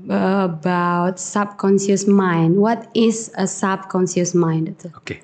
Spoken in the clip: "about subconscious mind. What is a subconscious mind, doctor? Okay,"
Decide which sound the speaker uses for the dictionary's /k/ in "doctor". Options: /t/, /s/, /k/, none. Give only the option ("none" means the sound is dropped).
none